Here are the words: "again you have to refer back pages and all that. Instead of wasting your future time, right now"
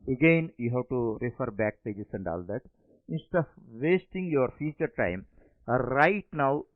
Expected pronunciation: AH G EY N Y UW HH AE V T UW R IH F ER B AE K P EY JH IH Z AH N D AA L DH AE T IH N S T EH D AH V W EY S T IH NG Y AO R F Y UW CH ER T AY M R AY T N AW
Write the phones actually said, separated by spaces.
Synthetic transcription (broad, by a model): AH G EY N Y UW HH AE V T UW R IH F ER B AE K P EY JH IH S AH N D AA L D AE T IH N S T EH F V EY S T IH NG Y AO R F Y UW CH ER T AY M R AY T N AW